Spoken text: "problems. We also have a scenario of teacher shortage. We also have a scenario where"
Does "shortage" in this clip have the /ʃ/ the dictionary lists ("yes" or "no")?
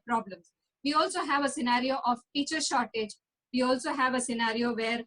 yes